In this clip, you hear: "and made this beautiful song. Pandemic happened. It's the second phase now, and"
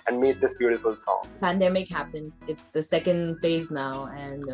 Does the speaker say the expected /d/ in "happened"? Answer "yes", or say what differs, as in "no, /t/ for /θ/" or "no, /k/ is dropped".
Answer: yes